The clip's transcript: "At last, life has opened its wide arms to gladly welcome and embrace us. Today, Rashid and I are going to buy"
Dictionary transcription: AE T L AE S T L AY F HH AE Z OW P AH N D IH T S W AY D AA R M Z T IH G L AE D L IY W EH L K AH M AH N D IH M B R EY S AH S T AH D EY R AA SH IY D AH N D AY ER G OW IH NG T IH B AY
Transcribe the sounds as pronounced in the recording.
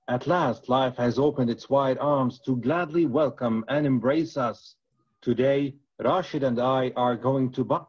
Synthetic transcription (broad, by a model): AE T L AE S T L AY F HH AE Z OW P AH N D IH T S W AY D AA R M Z T IH G L AE D L IY W EH L K AH M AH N IH M B R EY S AH S T AH D EY R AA SH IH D AH N D AY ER G OW IH NG T IH B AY